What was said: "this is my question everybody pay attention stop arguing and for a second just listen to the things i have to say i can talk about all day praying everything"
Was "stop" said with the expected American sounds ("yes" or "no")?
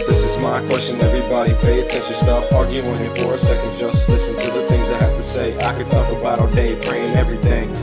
no